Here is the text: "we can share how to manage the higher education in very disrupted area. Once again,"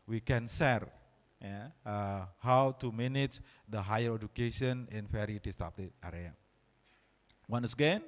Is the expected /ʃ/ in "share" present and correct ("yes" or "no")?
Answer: no